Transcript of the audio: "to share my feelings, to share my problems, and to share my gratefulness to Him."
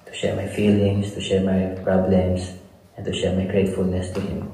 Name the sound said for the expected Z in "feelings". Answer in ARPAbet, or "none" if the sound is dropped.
S